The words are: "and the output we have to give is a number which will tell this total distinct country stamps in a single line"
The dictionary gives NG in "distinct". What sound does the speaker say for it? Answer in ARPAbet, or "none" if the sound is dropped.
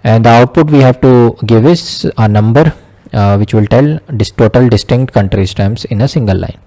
NG